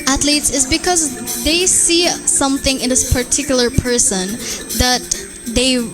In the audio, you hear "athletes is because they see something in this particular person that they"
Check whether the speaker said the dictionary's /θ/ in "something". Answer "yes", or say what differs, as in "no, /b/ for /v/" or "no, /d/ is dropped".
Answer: yes